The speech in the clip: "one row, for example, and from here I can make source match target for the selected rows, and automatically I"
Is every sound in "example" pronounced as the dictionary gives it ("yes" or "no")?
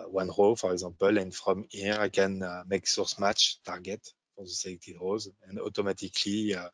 no